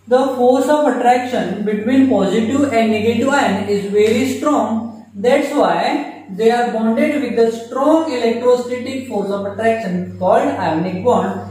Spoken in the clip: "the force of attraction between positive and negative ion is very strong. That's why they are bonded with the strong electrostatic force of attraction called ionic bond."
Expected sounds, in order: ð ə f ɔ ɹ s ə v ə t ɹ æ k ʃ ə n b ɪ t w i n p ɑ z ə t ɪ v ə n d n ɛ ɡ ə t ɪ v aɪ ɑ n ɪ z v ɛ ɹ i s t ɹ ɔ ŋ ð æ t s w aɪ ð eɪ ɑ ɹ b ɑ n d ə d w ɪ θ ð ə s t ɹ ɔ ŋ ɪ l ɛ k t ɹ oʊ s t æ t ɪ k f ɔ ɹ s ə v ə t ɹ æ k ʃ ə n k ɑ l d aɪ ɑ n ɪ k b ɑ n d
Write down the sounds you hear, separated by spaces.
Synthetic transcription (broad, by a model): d ə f ɔ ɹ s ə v ə t ɹ æ k ʃ ə n b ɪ t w i n p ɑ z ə t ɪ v ə n d n ɛ ɡ ə t ɪ v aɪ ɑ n ɪ z v ɛ ɹ i s t ɹ ɔ ŋ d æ t s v aɪ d eɪ ɑ ɹ b ɑ n d ə d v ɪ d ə s t ɹ ɔ ŋ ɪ l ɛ k t ɹ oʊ s t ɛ t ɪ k f ɔ ɹ s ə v ə t ɹ æ k ʃ ə n k ɑ l d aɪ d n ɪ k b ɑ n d